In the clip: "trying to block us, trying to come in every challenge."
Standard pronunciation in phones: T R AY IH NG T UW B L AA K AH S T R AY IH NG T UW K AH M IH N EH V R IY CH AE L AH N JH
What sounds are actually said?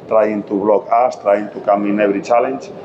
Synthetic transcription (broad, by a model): T R AY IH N T UW B L AA K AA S T R AY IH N T UW K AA M IH N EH B R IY CH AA L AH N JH